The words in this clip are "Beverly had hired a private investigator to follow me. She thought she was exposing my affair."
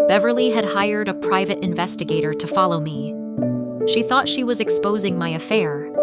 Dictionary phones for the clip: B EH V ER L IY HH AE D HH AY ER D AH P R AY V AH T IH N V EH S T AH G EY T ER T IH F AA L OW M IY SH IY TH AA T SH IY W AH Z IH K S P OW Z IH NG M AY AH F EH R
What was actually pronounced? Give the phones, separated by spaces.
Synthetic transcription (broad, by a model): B EH V ER L IY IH D HH AY ER D AH P R AY V AH T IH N V EH S T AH G EY T ER T IH F AA L OW M IY SH IY TH AA T SH IY W AH Z IH K S P OW Z IH NG M AY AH F EH R